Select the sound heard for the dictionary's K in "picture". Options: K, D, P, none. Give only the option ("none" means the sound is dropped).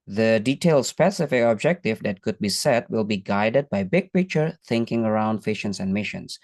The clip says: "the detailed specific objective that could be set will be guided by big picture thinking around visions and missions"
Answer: none